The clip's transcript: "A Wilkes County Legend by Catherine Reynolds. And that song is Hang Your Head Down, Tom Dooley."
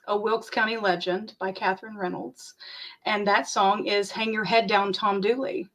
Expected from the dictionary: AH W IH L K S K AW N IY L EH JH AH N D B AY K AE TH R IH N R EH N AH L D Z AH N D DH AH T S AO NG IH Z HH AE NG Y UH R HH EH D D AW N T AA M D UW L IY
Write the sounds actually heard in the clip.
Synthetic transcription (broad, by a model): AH W IH L K S K AW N IY L EH JH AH N B AY K AE TH R IH N R EH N L D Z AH N DH AH T S AO NG IH Z HH AE NG Y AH R HH EH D D AW N T AA M D UW L IY